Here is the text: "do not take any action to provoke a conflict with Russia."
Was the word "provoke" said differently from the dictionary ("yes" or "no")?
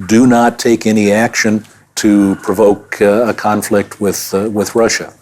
no